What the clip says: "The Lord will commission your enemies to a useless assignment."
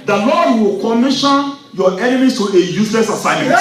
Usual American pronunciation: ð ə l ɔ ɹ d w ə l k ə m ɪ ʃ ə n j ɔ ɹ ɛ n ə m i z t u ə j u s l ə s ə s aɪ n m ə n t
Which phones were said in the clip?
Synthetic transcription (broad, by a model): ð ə l ɔ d w ə l k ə m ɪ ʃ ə n j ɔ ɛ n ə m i t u ə j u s l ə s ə s aɪ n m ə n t